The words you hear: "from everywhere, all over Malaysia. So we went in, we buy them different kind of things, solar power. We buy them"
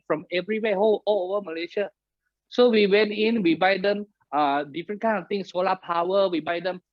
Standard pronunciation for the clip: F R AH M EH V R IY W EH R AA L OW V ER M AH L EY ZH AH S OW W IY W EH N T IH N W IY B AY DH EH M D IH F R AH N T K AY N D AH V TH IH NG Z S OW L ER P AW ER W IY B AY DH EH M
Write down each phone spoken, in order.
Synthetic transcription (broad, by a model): F R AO M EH V R IY W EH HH AA L OW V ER M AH L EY SH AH S OW W IY W EH N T IH N W IY B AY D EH M D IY F R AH N K AY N AH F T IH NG S OW L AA P AW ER W IY B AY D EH M